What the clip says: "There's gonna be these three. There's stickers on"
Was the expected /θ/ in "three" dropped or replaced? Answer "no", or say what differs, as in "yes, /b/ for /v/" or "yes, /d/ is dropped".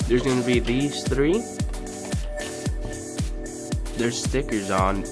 no